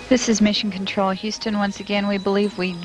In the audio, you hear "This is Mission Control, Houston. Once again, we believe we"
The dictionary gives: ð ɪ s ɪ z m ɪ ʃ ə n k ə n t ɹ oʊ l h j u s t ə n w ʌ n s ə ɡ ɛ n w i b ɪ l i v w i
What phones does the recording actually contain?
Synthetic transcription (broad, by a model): ð ɪ s ɪ z m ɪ ʃ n k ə n t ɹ oʊ l h j u s t ə n w ʌ n s ə ɡ ɛ n w i b ɪ l i v w i